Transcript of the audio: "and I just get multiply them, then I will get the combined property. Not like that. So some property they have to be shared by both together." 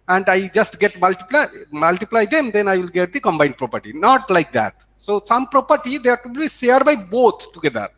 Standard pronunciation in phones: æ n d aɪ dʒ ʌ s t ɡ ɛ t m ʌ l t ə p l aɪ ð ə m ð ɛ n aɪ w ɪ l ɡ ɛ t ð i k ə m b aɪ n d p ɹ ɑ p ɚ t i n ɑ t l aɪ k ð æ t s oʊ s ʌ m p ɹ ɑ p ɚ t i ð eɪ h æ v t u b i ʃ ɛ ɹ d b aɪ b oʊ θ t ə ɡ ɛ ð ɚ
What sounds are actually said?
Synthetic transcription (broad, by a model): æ n d aɪ dʒ ʌ s t ɡ ɛ t m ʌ l t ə p l aɪ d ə m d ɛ n aɪ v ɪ l ɡ ɛ t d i k ə m b aɪ n d p ɹ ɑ p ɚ t i n ɑ t l aɪ k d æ t s oʊ s ʌ m p ɹ ɑ p ɚ t i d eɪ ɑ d t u b i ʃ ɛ ɹ d b aɪ b oʊ t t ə ɡ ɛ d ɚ